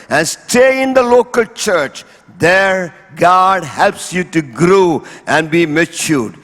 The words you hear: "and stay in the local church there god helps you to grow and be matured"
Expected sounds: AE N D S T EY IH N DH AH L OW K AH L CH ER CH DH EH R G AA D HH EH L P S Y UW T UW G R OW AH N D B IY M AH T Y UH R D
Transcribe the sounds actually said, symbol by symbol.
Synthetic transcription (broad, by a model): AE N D S T EY IH N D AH L OW K AH L CH ER CH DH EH R G AA D HH EH L P S Y UW T UW G R OW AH N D B IY M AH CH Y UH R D